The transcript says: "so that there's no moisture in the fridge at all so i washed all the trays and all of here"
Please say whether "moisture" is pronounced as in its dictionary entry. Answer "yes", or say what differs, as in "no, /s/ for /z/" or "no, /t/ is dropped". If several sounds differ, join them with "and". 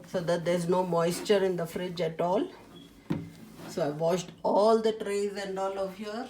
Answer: yes